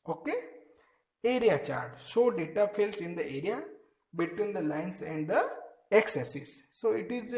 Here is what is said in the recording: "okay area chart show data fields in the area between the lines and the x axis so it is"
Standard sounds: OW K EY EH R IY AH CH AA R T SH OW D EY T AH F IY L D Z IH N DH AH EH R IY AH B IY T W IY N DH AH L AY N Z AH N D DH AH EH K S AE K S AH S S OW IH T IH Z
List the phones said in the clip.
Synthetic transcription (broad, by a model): OW K EY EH R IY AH CH AA R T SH OW D EY T AH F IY L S IH N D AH EH R IY AH B IY T W IY N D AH L AY N S AH N D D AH EH K S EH S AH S S OW IH T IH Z